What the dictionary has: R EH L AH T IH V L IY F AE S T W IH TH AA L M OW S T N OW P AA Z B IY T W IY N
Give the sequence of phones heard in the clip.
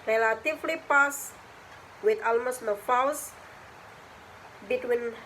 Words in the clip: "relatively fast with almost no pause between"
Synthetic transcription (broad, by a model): R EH L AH T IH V L IY P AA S W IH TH AA L M OW S T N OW F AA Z B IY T W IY N